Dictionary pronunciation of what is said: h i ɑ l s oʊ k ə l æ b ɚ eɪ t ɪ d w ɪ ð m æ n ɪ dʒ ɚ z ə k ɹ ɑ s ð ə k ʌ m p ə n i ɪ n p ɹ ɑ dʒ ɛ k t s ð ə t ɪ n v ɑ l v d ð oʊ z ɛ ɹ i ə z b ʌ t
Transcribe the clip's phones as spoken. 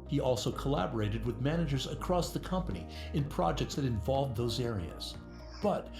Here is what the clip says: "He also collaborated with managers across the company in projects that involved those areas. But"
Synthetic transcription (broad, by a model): h i ɑ l s oʊ k ə l æ b ɚ eɪ t ɪ d w ɪ ð m æ n ɪ dʒ ɚ z ə k ɹ ɑ s ð ə k ʌ m p ə n i ɪ n p ɹ ɑ dʒ ɛ k t s ð ə t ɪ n v ɑ l v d ð oʊ z ɛ ɹ i ə z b ʌ t